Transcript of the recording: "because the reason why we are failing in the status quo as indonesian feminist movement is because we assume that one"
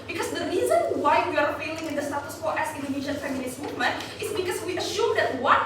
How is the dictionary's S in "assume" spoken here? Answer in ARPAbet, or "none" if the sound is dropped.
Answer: SH